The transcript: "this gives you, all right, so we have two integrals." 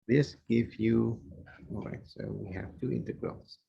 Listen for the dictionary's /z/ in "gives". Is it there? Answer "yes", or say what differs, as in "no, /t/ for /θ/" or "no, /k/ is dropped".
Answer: no, /z/ is dropped